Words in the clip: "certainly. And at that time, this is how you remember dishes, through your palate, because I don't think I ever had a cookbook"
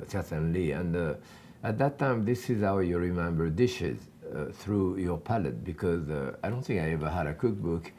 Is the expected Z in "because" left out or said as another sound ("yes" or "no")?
no